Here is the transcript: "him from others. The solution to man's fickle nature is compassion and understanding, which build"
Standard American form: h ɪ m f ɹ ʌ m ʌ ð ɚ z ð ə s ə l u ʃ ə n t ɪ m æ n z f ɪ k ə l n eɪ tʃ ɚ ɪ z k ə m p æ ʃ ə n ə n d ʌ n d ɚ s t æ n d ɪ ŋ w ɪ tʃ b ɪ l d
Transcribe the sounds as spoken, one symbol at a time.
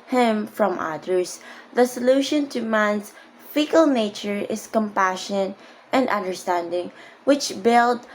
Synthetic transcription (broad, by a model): h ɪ m f ɹ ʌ m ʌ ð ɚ s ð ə s ə l u ʃ ə n t ɪ m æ n s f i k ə l n eɪ tʃ ɚ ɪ s k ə m p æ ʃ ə n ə n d ʌ n d ɚ s t æ n d ɪ ŋ w ɪ tʃ b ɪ l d